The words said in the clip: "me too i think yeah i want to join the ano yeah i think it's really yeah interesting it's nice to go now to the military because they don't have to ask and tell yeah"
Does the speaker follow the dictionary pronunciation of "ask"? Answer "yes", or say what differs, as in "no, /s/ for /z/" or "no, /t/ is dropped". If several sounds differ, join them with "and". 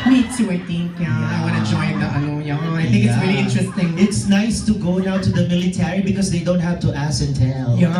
no, /k/ is dropped